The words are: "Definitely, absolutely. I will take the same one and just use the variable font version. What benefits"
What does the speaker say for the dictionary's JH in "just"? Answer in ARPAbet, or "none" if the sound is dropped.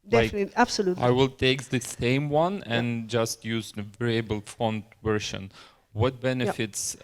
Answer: JH